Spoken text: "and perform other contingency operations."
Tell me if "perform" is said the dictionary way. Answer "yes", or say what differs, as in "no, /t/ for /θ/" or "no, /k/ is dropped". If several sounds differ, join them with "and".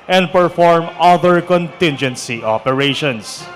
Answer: yes